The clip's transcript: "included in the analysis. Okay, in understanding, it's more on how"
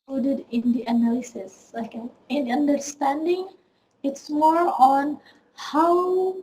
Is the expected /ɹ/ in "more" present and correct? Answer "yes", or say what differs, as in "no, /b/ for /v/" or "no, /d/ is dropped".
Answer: yes